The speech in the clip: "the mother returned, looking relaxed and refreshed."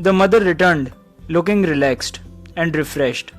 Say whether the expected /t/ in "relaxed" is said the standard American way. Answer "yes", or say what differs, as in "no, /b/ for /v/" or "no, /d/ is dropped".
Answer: yes